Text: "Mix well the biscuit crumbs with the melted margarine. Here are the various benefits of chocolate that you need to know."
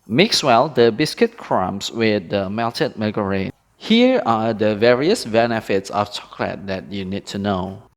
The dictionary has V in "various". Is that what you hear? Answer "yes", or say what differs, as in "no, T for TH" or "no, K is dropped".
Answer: yes